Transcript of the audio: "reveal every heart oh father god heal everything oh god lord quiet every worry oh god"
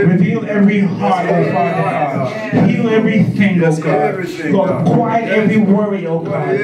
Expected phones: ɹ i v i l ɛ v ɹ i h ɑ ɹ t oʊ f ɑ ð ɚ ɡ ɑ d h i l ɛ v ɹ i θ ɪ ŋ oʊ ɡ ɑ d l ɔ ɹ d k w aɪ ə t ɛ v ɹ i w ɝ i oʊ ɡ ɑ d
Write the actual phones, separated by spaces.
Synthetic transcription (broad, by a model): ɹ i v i l ɛ v ɹ i h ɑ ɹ oʊ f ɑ ɚ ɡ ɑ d h i l ɛ v ɹ i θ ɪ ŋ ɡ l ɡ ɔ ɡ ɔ k w aɪ ə t ɛ v ɹ i w ɝ i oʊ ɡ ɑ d